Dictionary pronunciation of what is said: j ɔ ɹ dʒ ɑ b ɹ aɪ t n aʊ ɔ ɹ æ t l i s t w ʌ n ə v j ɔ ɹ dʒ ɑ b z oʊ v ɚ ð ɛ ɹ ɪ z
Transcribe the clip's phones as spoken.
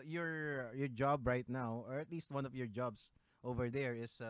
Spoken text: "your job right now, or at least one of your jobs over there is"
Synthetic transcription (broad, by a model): j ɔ ɹ dʒ ɑ b ɹ aɪ t n aʊ ɔ ɹ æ t l i s t w ʌ n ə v j ɔ ɹ dʒ ɑ b s oʊ v ɚ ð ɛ ɹ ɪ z